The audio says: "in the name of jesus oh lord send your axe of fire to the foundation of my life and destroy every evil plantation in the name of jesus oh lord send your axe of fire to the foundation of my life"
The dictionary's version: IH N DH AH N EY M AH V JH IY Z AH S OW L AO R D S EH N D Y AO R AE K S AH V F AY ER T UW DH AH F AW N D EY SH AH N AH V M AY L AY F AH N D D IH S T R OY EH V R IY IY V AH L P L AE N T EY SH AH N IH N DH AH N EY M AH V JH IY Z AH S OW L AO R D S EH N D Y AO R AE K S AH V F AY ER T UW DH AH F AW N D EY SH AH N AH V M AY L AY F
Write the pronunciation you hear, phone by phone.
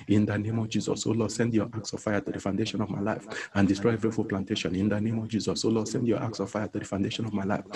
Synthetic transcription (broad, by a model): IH N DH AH N EY M AH V JH IY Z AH S OW L AO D S EH N D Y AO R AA K S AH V F AY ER T UW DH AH F AW N D EY SH AH N AH V M AY L AY F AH N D D IH S T R OY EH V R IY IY F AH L P L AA N T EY SH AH N IH N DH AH N EY M AH V JH IY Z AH S OW L AO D S EH N D Y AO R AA K S AH V F AY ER T UW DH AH F AW N D EY SH AH N AH V M AY L AY F